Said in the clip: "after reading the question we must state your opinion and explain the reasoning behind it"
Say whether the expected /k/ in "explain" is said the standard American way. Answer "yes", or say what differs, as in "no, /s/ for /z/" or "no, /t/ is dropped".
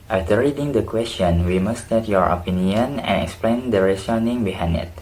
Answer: yes